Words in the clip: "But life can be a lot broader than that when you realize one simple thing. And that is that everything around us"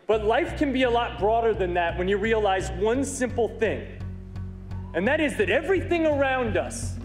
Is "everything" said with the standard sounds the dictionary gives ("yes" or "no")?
yes